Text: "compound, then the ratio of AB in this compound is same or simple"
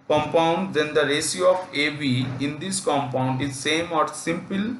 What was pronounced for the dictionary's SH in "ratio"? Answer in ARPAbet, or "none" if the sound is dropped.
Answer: S